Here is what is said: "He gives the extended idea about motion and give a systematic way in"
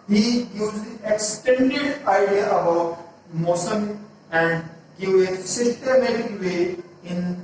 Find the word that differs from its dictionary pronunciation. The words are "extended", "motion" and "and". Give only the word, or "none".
motion